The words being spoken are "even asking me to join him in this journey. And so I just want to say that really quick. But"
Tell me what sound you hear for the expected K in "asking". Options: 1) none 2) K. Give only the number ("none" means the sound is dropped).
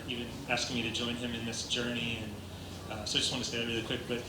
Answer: 2